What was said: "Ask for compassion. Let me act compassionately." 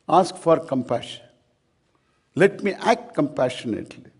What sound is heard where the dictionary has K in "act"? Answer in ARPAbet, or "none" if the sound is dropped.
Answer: K